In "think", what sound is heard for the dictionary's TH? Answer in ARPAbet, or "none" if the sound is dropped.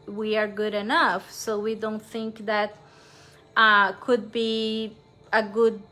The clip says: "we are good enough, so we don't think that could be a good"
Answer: TH